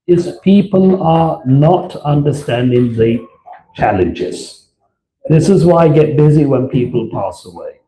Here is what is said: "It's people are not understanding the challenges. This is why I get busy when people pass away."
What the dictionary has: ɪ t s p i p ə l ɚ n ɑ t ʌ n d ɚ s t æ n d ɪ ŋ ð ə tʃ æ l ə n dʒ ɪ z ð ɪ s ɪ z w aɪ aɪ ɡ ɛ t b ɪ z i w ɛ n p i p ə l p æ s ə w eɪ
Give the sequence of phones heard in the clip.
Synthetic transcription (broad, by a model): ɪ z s p i p ə l ɚ n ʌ t ʌ n d ɚ s t æ n d ɪ ŋ ð ə tʃ æ l ə n dʒ ɪ z ð ɪ s ɪ z w aɪ aɪ ɡ ɛ t b ɪ z i w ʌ n p i p ə l p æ s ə w eɪ